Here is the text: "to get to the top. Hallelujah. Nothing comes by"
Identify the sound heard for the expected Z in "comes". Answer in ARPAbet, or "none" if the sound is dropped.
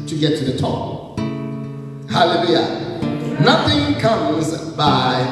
Z